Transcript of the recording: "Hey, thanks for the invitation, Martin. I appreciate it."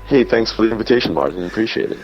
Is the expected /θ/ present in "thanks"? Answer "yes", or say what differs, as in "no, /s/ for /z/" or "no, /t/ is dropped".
yes